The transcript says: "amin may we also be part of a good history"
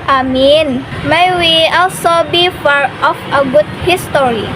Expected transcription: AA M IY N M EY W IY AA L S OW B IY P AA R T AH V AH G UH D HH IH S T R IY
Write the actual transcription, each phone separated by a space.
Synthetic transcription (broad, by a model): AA M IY N M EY W IY AA L S OW B IY F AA R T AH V AH G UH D HH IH S T R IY